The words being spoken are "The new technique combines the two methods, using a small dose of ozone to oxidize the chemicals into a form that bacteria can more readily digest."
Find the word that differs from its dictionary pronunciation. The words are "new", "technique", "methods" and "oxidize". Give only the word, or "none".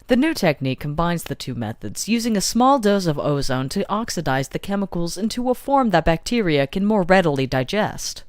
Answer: none